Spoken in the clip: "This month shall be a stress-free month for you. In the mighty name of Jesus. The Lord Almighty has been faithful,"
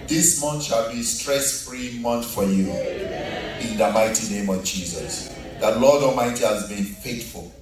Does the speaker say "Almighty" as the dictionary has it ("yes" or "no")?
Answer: no